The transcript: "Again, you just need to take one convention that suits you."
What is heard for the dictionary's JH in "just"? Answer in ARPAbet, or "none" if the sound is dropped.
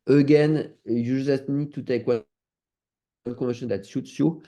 ZH